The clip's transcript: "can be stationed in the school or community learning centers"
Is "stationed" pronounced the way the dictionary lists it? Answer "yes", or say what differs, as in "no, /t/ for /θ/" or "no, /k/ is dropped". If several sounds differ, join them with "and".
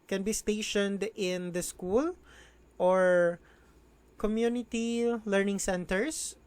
yes